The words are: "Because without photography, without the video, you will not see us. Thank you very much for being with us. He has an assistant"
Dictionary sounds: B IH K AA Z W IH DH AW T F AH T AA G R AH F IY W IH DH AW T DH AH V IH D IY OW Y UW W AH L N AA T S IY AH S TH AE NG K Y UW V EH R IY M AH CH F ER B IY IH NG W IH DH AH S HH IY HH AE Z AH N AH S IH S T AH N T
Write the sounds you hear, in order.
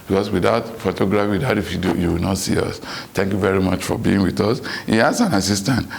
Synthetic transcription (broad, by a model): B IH K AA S W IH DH AW T F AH T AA G R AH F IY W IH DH AW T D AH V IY D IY OW Y UW W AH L N AA T S IY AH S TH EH NG K Y UW V EH R IY M AH CH F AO B IY IH NG W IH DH AH S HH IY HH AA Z AH N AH S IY S T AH N T